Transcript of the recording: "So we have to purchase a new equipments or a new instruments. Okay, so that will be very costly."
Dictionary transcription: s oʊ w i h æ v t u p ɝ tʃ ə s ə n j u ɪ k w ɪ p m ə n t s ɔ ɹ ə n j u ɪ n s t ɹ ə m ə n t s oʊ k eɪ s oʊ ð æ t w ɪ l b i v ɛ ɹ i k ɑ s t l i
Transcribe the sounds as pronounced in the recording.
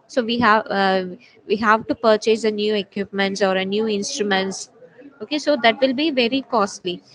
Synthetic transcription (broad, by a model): s oʊ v i h æ v t u p ɝ tʃ ə s ə n j u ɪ k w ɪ p m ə n t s ɔ ɹ ə n j u ɪ n s t ɹ ə m ə n t s oʊ k eɪ s oʊ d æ t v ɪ l b i v ɛ ɹ i k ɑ s t l i